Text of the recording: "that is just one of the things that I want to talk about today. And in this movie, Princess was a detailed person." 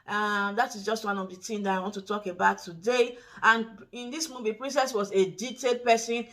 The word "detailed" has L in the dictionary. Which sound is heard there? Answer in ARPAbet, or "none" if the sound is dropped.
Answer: none